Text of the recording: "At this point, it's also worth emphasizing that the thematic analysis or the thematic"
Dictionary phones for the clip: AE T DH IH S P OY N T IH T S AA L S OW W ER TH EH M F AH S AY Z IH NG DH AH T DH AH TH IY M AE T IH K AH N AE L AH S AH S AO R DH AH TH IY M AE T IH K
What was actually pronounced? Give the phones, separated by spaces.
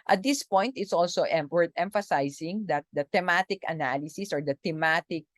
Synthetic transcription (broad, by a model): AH T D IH S P OY N T IH T S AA L S OW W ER T EH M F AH S AY S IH NG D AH T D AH T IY M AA T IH K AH N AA L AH S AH S AO R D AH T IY M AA T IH K